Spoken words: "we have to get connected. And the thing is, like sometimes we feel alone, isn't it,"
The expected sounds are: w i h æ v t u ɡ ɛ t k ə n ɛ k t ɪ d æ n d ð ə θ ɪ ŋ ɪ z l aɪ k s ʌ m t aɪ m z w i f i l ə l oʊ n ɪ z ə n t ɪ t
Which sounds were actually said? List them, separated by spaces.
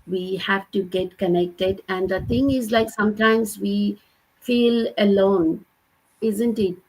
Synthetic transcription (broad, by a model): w i h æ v t u ɡ ɛ t k ə n ɛ k t ɪ d æ n d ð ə t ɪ ŋ ɪ z l aɪ k s ʌ m t aɪ m z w i f i l ə l oʊ n ɪ z ə n t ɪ t